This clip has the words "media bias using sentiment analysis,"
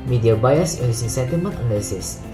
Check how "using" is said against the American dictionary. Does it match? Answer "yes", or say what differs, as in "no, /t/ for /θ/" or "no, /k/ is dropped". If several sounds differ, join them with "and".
no, /s/ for /z/